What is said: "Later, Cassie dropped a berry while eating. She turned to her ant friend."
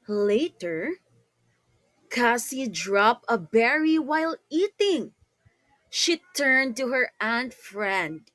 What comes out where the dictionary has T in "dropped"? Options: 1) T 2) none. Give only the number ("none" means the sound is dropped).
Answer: 2